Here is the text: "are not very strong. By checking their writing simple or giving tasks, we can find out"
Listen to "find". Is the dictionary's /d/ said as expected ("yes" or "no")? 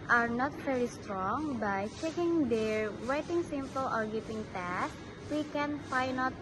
no